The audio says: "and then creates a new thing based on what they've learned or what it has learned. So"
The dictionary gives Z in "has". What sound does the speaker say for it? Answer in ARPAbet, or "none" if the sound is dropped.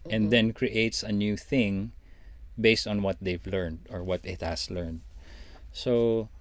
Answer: S